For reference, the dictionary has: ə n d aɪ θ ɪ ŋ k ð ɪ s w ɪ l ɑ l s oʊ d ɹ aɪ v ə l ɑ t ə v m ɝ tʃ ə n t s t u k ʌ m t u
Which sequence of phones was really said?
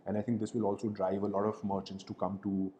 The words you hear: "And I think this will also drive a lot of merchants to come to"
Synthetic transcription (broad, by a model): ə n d aɪ t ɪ ŋ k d ɪ s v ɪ l ɑ l s oʊ d ɹ aɪ v ə l ɑ t ə v m ɝ tʃ ə n t s t u k ʌ m t u